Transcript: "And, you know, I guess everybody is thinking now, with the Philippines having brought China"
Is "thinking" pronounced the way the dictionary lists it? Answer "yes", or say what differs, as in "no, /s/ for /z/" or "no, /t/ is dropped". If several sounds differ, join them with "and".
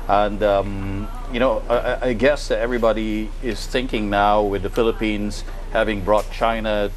yes